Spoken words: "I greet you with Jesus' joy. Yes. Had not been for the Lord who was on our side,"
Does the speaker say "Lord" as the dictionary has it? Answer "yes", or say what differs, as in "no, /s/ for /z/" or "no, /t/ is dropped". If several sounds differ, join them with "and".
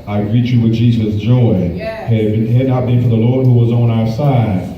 yes